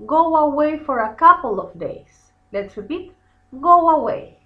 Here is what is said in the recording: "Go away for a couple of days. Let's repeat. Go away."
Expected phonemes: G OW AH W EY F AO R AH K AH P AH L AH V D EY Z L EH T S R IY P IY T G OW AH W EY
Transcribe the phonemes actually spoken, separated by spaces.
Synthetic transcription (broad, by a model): G OW AH W EY F AO R AH K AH P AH L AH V D EY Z L EH T S R IY P IY T G OW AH W EY